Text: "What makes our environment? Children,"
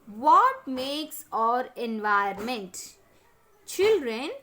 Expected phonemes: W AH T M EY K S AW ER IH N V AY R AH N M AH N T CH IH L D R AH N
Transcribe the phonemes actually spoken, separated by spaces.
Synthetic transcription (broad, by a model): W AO T M EY K S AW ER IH N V AY AH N M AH N T CH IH L D R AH N